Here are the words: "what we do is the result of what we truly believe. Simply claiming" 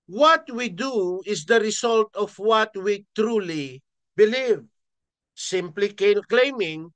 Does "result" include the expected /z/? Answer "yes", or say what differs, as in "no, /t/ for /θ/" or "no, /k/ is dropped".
no, /s/ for /z/